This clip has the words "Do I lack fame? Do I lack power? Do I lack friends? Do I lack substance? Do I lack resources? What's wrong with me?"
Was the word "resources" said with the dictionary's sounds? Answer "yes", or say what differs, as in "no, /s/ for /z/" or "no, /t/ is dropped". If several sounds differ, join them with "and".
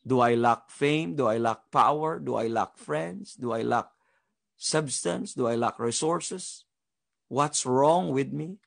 no, /s/ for /z/